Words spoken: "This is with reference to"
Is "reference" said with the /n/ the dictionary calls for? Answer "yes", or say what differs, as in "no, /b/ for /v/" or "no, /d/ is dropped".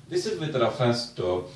no, /n/ is dropped